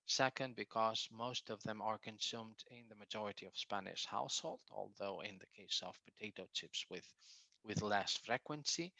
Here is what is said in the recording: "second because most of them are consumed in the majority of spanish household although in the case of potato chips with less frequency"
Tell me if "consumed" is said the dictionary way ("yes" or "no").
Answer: yes